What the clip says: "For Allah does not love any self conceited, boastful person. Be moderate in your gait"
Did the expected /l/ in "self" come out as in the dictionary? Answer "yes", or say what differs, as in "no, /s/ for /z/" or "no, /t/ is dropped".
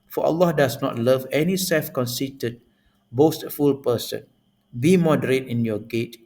yes